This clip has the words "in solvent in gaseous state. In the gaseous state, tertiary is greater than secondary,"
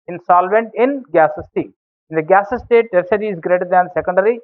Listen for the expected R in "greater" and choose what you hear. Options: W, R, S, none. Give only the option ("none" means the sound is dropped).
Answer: R